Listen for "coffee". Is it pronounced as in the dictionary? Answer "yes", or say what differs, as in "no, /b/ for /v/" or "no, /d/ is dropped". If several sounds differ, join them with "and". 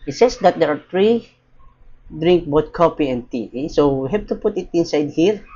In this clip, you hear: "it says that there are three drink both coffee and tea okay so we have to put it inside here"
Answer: no, /p/ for /f/